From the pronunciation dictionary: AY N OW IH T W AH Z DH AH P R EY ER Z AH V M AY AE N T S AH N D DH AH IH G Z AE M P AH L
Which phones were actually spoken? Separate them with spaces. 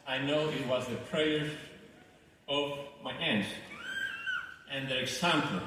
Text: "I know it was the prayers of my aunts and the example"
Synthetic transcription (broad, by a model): AY N OW IH T W AH Z DH AH P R EY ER AH V M AY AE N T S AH N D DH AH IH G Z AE M P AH L